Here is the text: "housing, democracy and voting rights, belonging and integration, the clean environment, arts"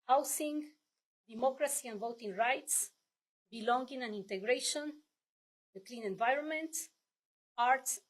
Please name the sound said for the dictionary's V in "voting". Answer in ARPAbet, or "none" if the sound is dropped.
V